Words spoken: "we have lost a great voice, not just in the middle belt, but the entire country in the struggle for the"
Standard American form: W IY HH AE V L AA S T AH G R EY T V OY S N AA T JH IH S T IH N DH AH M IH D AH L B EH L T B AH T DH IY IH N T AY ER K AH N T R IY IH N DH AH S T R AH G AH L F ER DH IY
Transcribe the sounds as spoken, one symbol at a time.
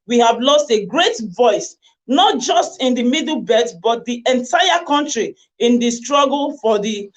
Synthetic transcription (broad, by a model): W IY HH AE V L AA S T AH G R EY T V OY S N AA T JH IH S T IH N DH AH M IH D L B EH T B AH T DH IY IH N T AY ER K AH N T R IY IH N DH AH S T R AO G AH L F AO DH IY